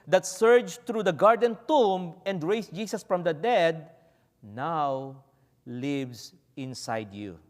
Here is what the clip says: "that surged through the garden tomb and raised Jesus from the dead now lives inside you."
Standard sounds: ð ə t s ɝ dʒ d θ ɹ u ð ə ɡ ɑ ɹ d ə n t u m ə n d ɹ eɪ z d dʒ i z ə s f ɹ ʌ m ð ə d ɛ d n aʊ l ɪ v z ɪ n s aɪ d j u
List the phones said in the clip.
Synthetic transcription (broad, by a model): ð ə t s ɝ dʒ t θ ɹ u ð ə ɡ ɑ ɹ d ə n t u m ə n d ɹ eɪ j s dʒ i s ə s f ɹ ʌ m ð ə d ɛ d n aʊ l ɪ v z ɪ n s aɪ d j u